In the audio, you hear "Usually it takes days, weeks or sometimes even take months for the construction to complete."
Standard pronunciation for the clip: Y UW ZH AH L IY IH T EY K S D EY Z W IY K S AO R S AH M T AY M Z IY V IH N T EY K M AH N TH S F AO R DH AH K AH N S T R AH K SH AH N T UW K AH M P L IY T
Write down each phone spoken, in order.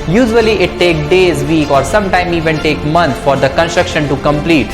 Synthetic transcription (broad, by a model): Y UW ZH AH L IY IH T EY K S D EY Z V IY K AO R S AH M T AY M IY V IH N T EY K M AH N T F AO R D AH K AH N S T R AH K SH AH N T UW K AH M P L IY T